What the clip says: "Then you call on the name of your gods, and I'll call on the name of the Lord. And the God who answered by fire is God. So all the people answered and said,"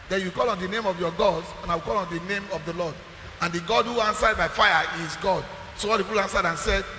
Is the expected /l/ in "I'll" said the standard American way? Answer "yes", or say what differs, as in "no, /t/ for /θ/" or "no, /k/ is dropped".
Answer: no, /w/ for /l/